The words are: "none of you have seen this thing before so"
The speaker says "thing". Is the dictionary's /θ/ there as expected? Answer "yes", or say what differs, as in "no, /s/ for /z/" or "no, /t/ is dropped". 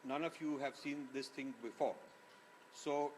no, /t/ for /θ/